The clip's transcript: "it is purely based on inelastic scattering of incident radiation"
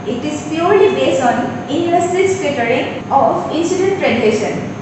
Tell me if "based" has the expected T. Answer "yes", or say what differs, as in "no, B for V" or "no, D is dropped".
no, T is dropped